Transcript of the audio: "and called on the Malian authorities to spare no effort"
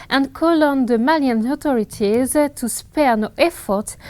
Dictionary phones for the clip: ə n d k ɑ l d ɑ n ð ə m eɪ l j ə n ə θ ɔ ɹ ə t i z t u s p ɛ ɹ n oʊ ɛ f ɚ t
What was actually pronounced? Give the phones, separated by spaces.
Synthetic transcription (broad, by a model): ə n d k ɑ l ɑ n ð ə m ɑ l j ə n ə t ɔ ɹ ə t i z t u s p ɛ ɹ n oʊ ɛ f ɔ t